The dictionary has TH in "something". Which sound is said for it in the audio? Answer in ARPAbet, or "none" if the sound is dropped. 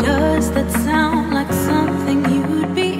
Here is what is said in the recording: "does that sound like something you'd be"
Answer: TH